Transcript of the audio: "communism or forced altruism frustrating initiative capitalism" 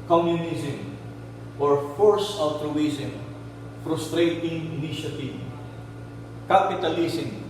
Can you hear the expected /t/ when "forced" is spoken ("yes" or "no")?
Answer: no